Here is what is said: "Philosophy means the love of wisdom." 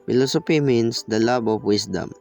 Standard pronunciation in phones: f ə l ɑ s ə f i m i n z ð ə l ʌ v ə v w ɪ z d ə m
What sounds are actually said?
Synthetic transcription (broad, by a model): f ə l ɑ s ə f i m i n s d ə l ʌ b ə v w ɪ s d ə m